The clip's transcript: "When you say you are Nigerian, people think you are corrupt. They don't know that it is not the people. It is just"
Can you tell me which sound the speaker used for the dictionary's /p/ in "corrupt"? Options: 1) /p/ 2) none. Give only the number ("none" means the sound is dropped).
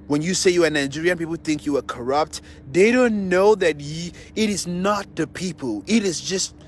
1